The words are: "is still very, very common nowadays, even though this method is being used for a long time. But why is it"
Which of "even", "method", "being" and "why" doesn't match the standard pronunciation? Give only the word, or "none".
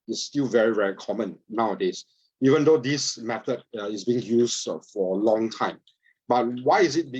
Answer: method